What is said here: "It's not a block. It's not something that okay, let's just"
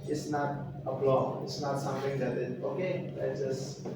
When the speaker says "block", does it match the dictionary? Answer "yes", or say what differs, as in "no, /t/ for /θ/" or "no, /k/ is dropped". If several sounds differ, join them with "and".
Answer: no, /k/ is dropped